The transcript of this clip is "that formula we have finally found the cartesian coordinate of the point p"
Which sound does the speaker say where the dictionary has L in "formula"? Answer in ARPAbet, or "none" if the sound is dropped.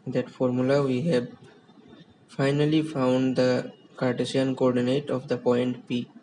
L